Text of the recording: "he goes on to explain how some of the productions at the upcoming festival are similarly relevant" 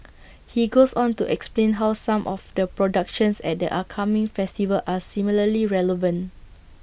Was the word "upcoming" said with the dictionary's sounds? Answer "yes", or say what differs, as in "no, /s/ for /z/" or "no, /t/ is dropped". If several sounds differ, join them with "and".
no, /p/ is dropped